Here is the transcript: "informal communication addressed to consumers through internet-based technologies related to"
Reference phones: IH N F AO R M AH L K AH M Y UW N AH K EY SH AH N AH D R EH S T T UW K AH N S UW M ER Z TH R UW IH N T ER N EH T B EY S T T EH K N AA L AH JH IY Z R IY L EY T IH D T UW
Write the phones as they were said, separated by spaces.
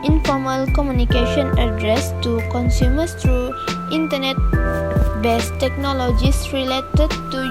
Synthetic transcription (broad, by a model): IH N F AO M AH L K AH M Y UW N AH K EY SH AH N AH D R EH S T T UW K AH N S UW M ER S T R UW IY N T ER N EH T B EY S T T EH K N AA L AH JH IY S R IY L EY T IH D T UW